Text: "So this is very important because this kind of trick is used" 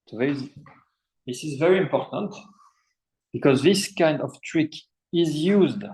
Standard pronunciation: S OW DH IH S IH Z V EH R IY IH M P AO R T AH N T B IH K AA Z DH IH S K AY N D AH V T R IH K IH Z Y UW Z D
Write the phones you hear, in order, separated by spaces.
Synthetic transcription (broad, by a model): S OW DH IH S IH Z V EH R IY IH M P AO R T AH N T B IH K AA Z DH IH S K AY N D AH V T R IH K IH Z Y UW Z D